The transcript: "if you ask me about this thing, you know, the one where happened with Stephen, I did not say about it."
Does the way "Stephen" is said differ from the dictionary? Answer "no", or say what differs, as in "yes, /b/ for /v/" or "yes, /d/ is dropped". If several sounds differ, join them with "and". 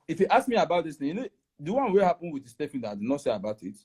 yes, /f/ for /v/